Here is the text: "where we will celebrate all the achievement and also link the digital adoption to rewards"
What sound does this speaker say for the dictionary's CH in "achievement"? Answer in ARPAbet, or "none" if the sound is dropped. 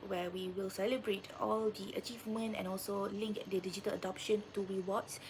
CH